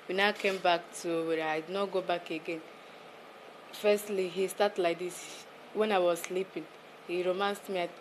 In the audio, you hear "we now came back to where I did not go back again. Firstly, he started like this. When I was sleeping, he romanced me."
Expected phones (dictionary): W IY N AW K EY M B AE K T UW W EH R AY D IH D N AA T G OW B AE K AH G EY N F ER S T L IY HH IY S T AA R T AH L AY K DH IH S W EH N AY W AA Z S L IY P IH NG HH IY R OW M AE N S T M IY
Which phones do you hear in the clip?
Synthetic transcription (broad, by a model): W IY N AW K EY M B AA K T UW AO W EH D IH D N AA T G OW B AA K AH G EY N F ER S T L IY HH IY S T AA T L AY K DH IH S W EH N AY W AA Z S L IY P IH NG HH IY R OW M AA N S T M IY